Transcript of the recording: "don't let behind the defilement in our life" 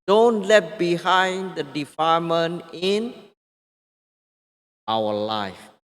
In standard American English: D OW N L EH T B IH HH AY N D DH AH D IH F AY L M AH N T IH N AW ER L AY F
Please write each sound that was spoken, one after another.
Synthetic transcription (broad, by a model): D OW N L EH T B IH HH AY N D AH D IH F AY M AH N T IH N AW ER L AY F